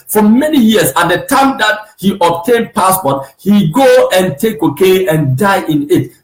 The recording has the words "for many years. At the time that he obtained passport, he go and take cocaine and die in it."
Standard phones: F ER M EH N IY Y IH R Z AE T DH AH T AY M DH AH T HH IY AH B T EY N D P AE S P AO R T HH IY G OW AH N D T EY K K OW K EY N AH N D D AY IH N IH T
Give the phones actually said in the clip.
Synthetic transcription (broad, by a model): F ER M EH N IY Y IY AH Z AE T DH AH T AY M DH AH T HH IY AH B T EY N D P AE S P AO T HH IY G OW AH N T EY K K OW K EY AH N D D AY IH N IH T